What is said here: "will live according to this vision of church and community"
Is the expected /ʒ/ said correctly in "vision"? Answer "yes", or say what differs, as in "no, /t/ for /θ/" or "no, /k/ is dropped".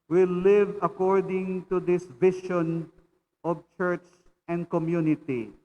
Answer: no, /ʃ/ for /ʒ/